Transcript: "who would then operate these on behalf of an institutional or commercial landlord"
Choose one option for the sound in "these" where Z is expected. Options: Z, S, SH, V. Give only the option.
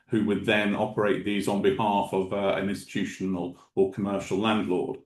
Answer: Z